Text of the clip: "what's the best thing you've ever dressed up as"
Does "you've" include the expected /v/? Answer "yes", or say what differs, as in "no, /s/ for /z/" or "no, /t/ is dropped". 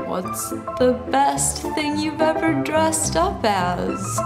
yes